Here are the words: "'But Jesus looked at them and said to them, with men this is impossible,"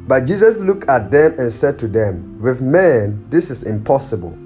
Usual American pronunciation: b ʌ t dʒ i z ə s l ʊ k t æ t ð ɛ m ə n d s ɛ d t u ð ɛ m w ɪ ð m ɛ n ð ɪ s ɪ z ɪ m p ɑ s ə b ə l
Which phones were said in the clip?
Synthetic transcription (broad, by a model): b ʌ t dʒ i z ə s l ʊ k t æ t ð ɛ m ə n s ɛ d t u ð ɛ m w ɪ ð m ɛ n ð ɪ s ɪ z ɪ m p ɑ s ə b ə l